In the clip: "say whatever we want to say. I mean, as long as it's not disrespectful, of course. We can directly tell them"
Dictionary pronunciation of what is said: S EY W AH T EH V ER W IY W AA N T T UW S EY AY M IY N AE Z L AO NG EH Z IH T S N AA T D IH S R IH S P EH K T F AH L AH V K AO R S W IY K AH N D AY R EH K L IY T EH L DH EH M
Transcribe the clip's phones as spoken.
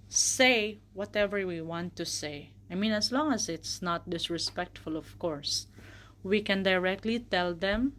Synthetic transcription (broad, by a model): S EY W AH T EH V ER W IY W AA N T T UW S EY AY M IY N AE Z L AO NG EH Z IH T S N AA T D IH S R IH S P EH K T F AH L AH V K AO R S W IY K AH N D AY R EH K L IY T EH L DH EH M